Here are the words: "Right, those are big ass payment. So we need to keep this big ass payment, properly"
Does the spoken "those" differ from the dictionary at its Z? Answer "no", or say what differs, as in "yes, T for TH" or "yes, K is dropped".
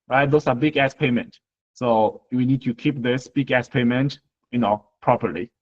yes, S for Z